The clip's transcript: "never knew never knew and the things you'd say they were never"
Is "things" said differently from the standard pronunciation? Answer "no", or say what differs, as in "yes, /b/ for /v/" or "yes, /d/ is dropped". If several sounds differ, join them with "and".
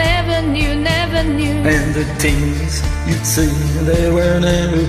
yes, /t/ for /θ/